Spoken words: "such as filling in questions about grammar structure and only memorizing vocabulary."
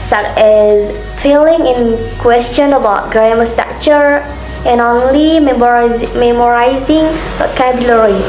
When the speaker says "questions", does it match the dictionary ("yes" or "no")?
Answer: no